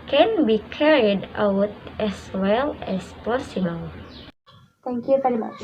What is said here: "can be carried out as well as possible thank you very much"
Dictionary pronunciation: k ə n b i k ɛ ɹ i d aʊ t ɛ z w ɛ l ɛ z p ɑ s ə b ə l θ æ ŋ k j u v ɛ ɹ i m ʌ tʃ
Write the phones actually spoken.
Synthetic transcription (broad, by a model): k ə n b i k ɛ ɹ i d aʊ t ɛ s w ɛ l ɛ s p ɑ s ə b ə l t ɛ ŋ k j u v ɛ ɹ i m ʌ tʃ